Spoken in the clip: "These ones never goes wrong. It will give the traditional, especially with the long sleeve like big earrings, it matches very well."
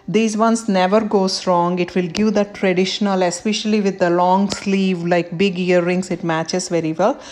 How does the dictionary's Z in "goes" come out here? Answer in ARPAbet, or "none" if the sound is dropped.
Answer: S